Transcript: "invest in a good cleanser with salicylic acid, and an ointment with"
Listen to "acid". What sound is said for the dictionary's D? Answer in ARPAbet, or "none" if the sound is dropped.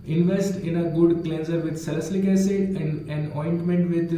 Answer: none